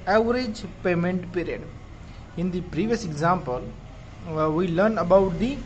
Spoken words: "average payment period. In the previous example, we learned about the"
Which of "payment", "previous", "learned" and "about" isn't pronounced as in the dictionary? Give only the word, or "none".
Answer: learned